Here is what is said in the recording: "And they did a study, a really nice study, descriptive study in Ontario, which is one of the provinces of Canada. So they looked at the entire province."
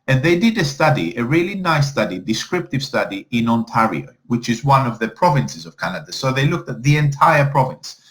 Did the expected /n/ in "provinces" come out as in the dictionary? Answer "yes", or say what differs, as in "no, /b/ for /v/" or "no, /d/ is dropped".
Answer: yes